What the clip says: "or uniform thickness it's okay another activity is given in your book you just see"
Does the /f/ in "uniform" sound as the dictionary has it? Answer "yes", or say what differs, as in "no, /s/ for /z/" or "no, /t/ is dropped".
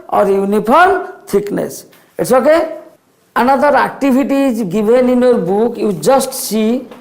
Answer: no, /p/ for /f/